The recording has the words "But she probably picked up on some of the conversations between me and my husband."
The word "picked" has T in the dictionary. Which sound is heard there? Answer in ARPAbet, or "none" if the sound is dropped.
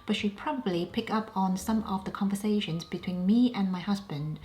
none